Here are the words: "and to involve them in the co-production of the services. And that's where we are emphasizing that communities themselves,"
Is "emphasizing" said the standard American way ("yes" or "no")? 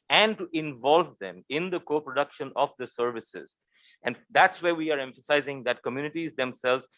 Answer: yes